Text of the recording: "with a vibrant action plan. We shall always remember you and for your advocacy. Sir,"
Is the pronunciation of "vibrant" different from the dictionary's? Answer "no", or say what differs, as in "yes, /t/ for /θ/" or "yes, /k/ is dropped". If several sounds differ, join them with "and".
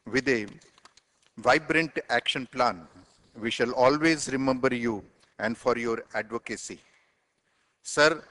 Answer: no